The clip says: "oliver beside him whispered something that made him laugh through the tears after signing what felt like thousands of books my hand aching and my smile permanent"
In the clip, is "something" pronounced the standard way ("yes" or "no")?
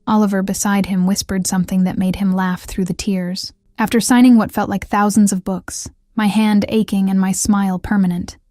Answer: yes